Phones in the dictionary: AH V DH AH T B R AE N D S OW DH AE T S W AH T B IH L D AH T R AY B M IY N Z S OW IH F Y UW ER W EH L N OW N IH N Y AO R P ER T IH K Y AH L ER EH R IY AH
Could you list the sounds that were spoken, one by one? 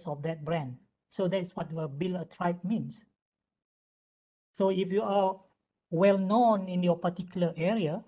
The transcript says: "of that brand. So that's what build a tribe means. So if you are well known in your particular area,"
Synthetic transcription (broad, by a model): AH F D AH T B R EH N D S OW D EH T S W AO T B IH L AH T R AY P M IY N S S OW IH F Y UW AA W EH L N OW N IH N Y AO P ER T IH K Y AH L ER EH R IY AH